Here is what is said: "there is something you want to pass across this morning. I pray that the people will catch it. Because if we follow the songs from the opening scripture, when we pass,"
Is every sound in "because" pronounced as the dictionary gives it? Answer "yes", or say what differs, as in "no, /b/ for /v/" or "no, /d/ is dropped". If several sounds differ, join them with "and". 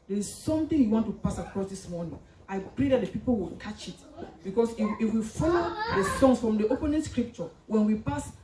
no, /s/ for /z/